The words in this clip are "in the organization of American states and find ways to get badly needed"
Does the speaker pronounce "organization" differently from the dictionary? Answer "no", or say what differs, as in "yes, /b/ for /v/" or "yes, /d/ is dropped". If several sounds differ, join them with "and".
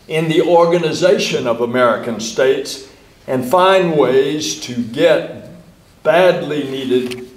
no